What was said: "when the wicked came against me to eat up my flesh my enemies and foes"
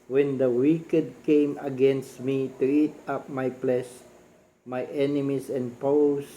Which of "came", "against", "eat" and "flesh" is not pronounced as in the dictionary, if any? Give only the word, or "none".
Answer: flesh